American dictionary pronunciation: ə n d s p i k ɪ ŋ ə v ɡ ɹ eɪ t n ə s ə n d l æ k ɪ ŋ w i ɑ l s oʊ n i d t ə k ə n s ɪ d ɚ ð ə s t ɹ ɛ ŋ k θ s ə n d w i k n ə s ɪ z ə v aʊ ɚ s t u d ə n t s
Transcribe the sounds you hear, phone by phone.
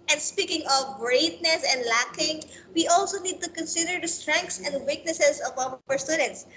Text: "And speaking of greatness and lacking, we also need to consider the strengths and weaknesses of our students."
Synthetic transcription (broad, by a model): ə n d s p i k ɪ ŋ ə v ɡ ɹ eɪ t n ə s ə n d l æ k ɪ ŋ w i ɑ l s oʊ n i d t ə k ə n s ɪ d ɚ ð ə s t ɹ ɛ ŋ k t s ə n d w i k n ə s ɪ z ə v aʊ ɚ s t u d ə n t s